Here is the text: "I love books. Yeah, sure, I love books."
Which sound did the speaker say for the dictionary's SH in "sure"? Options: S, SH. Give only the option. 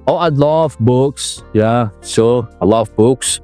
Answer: S